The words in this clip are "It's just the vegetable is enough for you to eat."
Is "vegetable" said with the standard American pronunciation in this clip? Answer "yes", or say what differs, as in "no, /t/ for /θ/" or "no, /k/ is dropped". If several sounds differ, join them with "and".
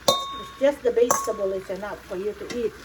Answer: no, /b/ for /v/